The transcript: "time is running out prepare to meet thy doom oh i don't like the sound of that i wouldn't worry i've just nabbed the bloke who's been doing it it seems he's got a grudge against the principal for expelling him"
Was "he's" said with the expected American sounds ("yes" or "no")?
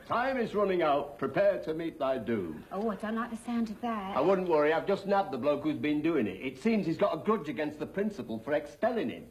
yes